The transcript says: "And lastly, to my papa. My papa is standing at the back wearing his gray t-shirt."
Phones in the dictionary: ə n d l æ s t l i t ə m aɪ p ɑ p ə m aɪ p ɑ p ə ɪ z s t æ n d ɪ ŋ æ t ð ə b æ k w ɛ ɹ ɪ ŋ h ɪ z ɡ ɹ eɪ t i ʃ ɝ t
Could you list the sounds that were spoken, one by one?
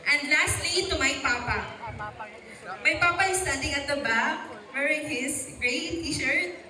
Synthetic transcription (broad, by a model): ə n d l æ s t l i t ə m aɪ p ɑ p ə m aɪ p ɑ p ə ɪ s t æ n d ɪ ŋ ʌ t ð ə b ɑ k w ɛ ɹ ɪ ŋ h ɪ s ɡ ɹ eɪ t i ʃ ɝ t